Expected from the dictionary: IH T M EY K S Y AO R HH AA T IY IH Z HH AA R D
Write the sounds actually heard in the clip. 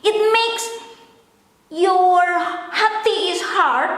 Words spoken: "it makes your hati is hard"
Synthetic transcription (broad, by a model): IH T M EY K S Y AO R HH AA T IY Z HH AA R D